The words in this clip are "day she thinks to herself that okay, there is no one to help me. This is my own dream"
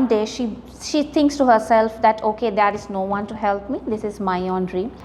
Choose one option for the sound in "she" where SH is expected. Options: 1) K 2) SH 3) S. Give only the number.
2